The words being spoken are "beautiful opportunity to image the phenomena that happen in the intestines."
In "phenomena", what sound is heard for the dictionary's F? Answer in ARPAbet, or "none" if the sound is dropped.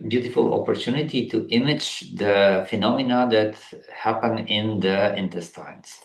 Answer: F